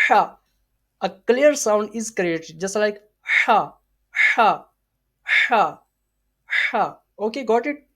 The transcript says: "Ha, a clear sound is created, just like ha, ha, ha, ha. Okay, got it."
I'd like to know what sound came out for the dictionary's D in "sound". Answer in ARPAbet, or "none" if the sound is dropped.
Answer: D